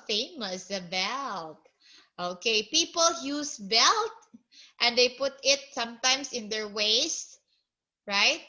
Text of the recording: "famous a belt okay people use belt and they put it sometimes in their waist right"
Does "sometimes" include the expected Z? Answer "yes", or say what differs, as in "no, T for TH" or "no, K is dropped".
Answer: no, S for Z